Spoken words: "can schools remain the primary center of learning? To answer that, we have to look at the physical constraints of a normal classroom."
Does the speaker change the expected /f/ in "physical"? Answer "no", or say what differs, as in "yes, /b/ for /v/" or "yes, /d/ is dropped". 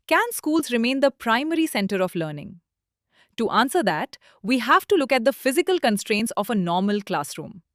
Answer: no